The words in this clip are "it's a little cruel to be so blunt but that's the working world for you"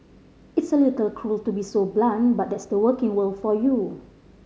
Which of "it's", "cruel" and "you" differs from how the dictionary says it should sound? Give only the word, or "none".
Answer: none